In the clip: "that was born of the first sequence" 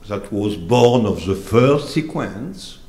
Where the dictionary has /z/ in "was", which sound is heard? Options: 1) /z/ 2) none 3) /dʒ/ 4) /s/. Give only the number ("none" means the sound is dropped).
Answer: 1